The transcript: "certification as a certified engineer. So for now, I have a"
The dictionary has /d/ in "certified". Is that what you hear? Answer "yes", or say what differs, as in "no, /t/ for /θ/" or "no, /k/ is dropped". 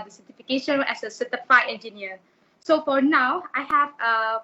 no, /d/ is dropped